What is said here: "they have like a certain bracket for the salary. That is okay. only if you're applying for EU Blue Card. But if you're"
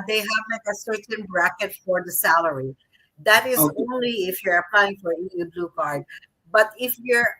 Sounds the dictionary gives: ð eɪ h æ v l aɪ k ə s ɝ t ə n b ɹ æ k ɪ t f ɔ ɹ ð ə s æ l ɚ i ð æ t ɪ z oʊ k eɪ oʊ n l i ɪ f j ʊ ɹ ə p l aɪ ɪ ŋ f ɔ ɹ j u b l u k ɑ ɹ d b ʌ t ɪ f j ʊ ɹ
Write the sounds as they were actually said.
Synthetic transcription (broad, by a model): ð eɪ h æ v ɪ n ə s ɝ t ə n b ɹ æ k ɪ t f ɔ ɹ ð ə s æ l ɚ i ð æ t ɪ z oʊ ʊ n l i ɪ f j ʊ ɹ ə p l aɪ ɪ ŋ f ɔ ɹ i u b l u k ɑ ɹ d b ʌ t ɪ f j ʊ ɹ